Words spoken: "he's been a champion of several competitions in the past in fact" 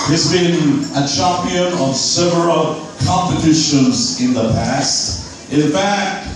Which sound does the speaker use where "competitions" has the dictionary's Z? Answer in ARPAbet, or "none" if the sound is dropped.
Z